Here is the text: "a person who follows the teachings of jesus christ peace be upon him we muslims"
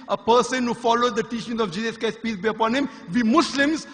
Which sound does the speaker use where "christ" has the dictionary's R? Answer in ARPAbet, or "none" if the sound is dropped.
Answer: none